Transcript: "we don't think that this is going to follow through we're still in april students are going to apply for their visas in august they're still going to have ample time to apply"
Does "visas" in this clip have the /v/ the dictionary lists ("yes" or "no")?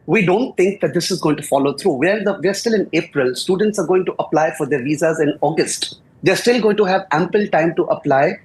yes